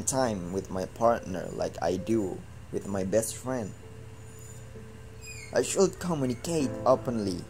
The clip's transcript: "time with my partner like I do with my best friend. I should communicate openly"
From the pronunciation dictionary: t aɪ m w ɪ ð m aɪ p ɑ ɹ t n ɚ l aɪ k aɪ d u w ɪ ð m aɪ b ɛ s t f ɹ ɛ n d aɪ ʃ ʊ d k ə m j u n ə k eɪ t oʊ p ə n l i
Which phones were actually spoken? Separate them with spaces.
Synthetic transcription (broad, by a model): t aɪ m w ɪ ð m aɪ p ɑ ɹ t n ɚ l aɪ k aɪ d u w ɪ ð m aɪ b ɛ s t f ɹ ɛ n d aɪ ʃ ʊ d k ə m j u n ə k eɪ t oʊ p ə n l i